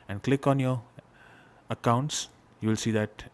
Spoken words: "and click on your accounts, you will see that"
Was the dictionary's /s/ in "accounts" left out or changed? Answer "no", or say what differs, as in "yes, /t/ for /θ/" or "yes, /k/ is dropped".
no